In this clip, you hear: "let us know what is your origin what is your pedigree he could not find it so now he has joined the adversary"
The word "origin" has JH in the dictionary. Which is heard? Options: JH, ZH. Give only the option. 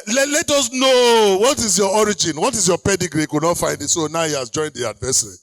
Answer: JH